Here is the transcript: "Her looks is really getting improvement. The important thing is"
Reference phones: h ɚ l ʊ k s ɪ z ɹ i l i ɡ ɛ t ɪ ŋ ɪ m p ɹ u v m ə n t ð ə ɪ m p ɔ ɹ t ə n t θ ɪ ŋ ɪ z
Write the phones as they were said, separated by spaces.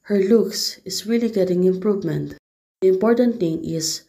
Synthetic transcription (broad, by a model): h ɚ l ʊ k s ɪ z ɹ i l i ɡ ɛ t ɪ ŋ ɪ m p ɹ u v m ə n t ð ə ɪ m p ɔ ɹ t ə n t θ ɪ ŋ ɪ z